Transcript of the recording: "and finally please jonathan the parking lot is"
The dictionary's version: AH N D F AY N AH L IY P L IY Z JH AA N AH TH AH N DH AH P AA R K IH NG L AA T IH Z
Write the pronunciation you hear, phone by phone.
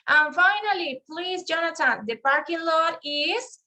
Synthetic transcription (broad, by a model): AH N F AY N AH L IY P L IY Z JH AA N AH T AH N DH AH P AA R K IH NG L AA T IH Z